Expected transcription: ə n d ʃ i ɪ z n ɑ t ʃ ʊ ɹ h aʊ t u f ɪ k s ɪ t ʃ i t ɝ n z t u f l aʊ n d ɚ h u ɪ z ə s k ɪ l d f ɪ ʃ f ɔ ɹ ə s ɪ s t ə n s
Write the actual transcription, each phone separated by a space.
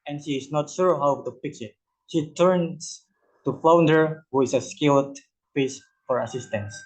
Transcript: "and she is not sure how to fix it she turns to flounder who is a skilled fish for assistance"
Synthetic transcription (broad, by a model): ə n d ʃ i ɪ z n ɑ t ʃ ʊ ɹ h aʊ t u p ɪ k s ɪ t ʃ i t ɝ n s t u f l aʊ n d ɚ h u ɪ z ə s k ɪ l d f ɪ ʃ f ɔ ɹ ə s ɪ s t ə n s